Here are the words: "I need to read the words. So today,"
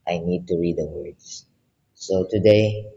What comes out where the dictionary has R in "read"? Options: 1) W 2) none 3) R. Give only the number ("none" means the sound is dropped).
3